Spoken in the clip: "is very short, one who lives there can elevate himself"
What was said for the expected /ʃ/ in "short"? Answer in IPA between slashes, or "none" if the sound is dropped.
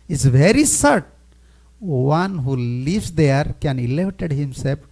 /s/